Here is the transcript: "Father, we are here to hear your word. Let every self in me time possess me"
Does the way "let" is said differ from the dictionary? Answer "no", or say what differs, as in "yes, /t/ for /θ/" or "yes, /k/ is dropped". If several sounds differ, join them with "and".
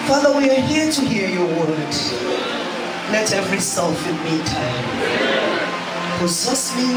yes, /n/ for /l/